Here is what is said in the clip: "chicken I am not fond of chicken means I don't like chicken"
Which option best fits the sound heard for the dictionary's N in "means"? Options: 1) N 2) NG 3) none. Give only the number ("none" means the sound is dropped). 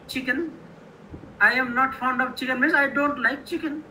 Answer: 3